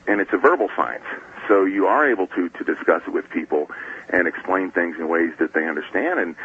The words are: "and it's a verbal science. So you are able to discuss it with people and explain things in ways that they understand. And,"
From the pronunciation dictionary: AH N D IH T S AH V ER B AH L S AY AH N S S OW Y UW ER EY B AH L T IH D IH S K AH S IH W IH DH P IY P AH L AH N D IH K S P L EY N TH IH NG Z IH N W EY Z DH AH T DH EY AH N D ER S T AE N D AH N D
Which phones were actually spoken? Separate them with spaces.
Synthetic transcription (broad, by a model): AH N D IH T S AH V ER B L S AY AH N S S OW Y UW ER EY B L T IH D IH S K AH S W IH DH P IY P L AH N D IH K S P L EY N TH IH NG Z IH N W EY Z DH AH T DH EY AH N D ER S T AE N D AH N